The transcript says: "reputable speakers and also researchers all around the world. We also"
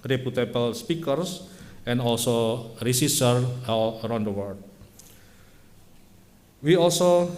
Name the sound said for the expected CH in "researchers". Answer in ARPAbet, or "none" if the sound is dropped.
S